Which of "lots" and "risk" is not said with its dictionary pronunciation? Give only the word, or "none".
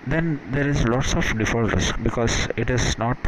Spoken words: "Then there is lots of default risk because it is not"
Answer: none